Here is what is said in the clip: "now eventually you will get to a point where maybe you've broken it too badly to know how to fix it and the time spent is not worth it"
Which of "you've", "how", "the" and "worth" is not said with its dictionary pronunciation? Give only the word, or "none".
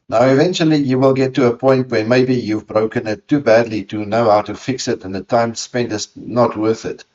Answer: none